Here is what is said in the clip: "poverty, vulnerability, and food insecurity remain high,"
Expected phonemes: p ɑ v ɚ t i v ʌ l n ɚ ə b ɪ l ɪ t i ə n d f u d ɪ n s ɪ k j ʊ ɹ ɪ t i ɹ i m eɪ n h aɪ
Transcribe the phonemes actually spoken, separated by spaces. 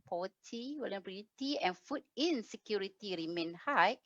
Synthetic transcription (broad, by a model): p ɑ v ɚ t i w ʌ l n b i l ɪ t i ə n f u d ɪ n s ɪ k j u ɹ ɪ t i ɹ i m eɪ n h aɪ